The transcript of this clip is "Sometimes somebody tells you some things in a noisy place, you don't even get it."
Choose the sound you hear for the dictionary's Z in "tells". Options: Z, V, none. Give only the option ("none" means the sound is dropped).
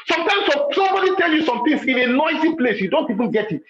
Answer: none